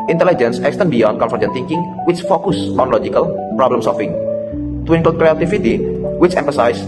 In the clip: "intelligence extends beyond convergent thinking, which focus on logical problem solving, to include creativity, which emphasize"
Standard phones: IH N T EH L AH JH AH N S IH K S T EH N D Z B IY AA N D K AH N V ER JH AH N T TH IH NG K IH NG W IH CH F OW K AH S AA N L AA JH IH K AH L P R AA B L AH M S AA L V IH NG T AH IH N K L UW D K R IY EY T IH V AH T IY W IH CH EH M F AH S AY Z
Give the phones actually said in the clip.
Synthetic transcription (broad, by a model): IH N T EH L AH JH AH N S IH K S T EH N B IY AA N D K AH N F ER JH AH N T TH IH NG K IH NG W IH CH F OW K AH S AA N L AA JH IH K AH L P R AA B L AH M S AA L F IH NG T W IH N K AH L K R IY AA T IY F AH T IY W IH CH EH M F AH S AY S